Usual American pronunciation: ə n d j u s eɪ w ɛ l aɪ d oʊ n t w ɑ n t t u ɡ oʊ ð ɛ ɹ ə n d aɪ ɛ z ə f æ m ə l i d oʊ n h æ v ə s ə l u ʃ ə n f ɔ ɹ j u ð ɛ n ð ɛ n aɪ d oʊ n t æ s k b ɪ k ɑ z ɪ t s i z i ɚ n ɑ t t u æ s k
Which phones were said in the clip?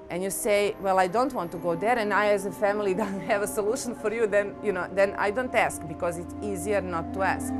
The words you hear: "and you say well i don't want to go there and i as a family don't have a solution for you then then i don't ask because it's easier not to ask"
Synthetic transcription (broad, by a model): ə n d j u s eɪ w ɛ l aɪ d oʊ n t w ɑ n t t u ɡ oʊ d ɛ ɹ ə n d aɪ ɛ z ə f æ m ə l i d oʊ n h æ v ə s ə l u ʃ ə n f ɔ ɹ j u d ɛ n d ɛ n aɪ d oʊ n t æ s k b ɪ k ɑ z ɪ t s i z i ɚ n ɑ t t u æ s k